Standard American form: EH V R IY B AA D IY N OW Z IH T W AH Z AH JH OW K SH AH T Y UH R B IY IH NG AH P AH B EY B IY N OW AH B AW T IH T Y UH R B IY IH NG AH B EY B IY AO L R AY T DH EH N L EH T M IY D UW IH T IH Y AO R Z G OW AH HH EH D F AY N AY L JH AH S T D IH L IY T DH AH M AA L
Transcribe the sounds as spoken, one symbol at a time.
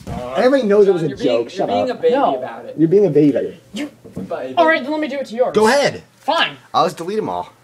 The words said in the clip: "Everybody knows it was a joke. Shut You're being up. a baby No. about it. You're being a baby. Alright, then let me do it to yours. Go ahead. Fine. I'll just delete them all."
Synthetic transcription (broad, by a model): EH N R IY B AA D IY N OW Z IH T W AH Z AH JH OW K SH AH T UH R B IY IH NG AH AH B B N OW AH B AW T IH T Y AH R B IY IH NG AH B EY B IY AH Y R AY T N L EH T M IY D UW IH T IH Y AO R G OW AH HH EH D F AY N AY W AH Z D IH L IY T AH M AA L